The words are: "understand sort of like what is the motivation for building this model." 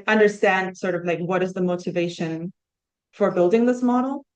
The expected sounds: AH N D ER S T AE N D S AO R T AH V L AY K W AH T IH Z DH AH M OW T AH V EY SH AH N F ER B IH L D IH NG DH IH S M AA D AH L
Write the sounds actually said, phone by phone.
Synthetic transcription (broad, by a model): AH N D ER S T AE N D S AO R T AH V L AY K W AH T IH Z DH AH M OW T AH V EY SH AH N F ER B IH L D IH NG DH IH S M AA D L